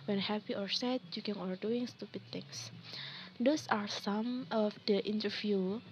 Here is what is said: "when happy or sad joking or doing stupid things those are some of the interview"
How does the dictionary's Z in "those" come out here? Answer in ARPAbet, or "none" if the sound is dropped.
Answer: S